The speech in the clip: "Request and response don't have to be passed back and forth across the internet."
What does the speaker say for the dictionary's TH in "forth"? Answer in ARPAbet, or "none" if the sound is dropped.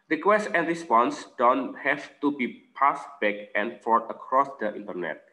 T